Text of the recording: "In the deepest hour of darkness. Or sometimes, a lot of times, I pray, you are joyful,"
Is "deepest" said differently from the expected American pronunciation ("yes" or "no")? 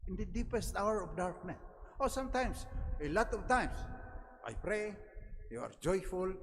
no